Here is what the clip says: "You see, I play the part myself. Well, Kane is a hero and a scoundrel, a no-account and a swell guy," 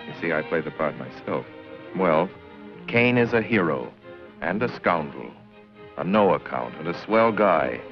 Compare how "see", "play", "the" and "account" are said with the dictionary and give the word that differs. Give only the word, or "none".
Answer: none